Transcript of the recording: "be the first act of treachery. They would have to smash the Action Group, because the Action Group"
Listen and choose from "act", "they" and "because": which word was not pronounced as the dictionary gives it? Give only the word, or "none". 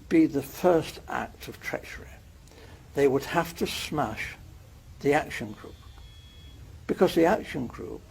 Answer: none